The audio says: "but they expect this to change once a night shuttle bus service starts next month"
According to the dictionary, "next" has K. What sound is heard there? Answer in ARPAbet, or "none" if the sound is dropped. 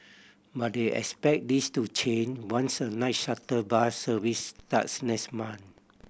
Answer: none